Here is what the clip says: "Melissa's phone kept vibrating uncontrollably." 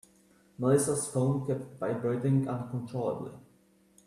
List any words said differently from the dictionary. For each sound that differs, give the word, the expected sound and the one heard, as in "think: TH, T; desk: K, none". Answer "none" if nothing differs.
vibrating: V, B